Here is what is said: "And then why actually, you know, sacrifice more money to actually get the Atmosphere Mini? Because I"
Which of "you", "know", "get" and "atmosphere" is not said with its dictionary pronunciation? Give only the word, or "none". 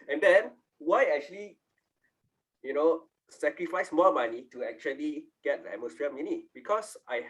atmosphere